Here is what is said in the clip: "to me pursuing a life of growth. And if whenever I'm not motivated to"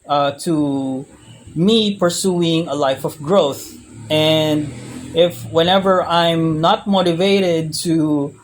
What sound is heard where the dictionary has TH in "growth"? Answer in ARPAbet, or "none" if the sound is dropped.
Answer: TH